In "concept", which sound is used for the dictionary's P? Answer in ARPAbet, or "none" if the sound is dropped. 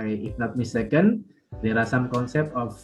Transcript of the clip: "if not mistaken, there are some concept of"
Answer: P